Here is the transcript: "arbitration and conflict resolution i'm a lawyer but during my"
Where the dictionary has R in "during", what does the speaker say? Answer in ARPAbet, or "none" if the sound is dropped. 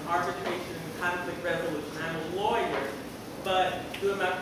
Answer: none